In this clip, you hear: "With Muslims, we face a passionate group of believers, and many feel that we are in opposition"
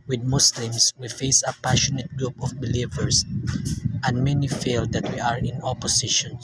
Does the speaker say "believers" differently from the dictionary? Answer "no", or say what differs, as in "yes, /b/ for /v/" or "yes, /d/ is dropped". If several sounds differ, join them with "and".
yes, /s/ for /z/